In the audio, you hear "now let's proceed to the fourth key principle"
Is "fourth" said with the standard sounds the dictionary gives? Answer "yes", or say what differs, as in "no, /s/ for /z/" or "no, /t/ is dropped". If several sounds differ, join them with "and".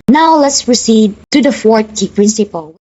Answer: no, /t/ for /θ/